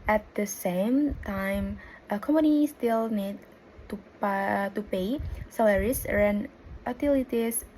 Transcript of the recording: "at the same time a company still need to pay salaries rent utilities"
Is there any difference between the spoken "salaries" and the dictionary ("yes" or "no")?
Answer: yes